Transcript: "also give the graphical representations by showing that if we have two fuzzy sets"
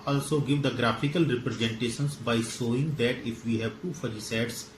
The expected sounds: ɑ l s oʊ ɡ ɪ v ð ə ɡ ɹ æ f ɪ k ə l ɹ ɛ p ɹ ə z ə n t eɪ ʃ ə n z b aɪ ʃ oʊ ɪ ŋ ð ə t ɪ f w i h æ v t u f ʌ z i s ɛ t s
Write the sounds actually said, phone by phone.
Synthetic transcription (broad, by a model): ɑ l s oʊ ɡ ɪ v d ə ɡ ɹ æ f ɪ k ə l ɹ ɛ p ɹ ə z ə n t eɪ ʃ ə n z b aɪ s oʊ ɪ ŋ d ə t ɪ f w i h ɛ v t u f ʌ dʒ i s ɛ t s